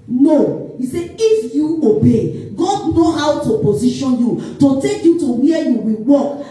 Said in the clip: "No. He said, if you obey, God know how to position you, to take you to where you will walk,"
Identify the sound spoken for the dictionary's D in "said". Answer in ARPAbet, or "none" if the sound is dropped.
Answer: none